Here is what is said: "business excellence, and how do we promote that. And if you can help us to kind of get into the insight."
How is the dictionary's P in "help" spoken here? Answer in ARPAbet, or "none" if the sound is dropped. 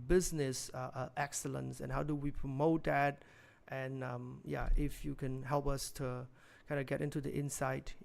P